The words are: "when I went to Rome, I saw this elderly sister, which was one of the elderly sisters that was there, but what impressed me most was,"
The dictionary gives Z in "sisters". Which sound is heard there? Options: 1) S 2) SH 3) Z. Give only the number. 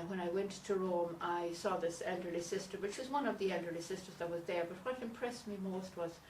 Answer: 3